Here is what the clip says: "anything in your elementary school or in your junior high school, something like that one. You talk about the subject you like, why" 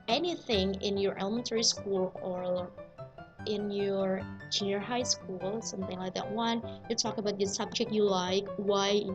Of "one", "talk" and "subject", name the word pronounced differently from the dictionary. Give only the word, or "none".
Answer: none